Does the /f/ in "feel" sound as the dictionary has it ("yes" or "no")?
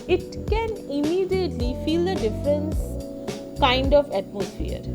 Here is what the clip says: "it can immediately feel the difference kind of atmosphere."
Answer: yes